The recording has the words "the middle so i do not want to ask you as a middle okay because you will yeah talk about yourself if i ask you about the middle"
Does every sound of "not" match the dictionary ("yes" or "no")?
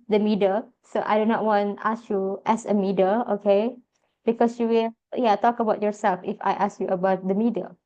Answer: yes